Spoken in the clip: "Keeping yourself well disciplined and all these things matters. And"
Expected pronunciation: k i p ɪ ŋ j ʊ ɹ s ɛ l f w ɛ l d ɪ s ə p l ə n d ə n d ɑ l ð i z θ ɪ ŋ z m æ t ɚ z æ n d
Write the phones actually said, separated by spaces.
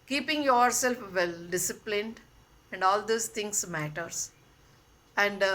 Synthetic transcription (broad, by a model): k i p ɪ ŋ j ʊ ɹ s ɛ l f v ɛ l d ɪ s ə p l ə n d ə n d ɑ l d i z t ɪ ŋ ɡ m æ t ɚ s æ n d